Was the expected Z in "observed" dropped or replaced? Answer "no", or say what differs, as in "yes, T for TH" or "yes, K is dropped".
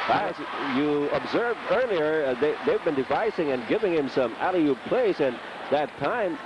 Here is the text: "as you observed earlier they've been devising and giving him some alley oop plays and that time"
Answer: no